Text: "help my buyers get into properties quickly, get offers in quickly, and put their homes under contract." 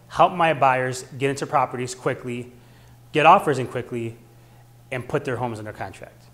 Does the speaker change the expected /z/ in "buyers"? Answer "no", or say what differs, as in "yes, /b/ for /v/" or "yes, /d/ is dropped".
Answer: no